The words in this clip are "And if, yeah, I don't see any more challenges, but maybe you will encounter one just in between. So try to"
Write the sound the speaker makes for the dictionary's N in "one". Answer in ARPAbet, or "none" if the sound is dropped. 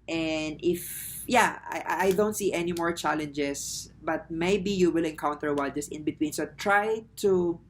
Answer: L